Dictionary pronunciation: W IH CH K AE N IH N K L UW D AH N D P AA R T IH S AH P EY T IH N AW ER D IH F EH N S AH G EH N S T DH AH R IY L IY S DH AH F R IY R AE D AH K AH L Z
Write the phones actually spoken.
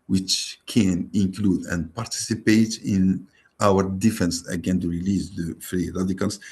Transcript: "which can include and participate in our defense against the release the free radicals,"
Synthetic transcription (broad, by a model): W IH CH K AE N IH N K L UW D AH N D P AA R T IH S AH P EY T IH N AW ER D IH F EH N S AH G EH N T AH R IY L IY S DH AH F R IY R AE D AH K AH L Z